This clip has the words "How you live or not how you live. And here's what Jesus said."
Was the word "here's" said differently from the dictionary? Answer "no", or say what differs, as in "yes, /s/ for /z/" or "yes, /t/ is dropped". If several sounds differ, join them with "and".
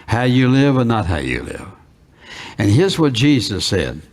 no